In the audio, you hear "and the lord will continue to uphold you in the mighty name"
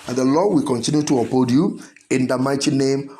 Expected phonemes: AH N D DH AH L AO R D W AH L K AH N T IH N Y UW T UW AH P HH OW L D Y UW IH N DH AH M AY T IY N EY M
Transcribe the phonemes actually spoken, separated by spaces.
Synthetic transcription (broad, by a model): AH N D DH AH L AO W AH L K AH N T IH N Y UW T UW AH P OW D Y UW IH N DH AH M AY T IY N EY M